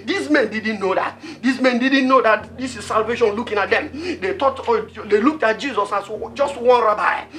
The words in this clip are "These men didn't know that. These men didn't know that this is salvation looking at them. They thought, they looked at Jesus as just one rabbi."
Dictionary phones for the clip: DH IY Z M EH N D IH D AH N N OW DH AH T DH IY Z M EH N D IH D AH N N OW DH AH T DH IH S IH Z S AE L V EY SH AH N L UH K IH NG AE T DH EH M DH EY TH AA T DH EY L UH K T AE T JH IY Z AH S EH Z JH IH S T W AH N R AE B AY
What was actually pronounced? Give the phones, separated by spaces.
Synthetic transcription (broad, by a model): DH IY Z M EH N D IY D N N OW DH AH T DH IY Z M EH N D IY D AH N N OW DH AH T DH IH S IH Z S AE L V EY SH AH N L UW K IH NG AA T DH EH M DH EY T AA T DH EY L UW K T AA T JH IY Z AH S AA S JH IH S T W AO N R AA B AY